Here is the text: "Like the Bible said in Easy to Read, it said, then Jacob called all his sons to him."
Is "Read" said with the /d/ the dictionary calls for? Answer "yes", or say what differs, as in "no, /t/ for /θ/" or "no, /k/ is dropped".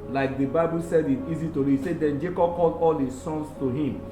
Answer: no, /d/ is dropped